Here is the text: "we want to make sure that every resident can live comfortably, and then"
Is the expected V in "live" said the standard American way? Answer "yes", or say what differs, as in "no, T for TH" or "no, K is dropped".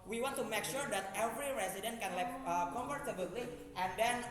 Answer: no, P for V